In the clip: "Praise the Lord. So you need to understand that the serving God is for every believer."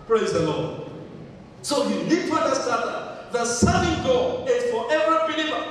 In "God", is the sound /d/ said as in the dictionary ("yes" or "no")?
no